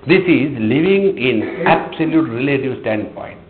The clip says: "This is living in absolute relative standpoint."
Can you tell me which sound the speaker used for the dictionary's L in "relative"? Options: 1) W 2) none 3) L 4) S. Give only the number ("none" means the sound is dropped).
3